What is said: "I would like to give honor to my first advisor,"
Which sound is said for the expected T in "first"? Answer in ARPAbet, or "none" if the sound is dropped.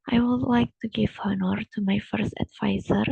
T